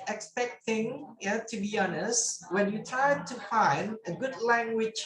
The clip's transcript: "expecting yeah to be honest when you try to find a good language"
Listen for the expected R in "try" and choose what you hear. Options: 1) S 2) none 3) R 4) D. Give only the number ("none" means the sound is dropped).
2